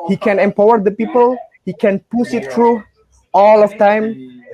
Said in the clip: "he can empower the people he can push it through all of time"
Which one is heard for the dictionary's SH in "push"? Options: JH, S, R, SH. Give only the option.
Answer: S